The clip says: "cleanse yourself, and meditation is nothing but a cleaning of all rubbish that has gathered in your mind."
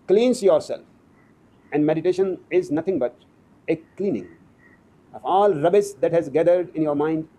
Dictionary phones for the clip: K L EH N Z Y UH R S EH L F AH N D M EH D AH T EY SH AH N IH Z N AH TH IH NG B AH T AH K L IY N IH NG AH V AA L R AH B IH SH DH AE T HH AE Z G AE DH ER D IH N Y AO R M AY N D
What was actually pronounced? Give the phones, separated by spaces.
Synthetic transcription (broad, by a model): K L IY N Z Y UH R S EH L F AH N D M EH D AH T EY SH AH N IH Z N AH T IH NG B AH T AH K L IY N IH NG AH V AA L R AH B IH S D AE T HH AE Z G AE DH ER D IH N Y AO R M AY N D